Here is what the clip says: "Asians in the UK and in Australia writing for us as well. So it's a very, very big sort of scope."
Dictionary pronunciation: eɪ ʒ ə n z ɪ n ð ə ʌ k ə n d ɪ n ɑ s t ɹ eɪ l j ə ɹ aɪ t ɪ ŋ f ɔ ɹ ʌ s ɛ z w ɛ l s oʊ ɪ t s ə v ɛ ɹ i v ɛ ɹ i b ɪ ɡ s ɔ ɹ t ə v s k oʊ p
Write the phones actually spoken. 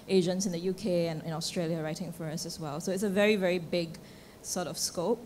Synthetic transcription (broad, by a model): eɪ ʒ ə n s ɪ n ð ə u k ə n ɪ n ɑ s t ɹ eɪ l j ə ɹ aɪ t ɪ ŋ f ɔ ɹ ʌ s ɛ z w ɛ l s oʊ ɪ t s ə v ɛ ɹ i v ɛ ɹ i b ɪ ɡ s ɔ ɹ t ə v s k oʊ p